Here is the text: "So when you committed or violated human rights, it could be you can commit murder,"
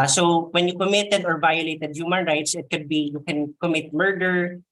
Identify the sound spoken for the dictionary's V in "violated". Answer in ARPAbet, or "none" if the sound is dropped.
V